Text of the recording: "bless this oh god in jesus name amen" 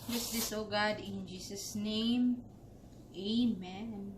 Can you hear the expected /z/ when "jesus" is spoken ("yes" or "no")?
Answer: no